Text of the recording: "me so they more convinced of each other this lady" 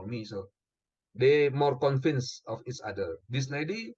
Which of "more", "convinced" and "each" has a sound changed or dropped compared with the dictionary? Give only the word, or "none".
convinced